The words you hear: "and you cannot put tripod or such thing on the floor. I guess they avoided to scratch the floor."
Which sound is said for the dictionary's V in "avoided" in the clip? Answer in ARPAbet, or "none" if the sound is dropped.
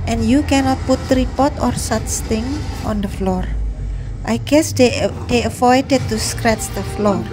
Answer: F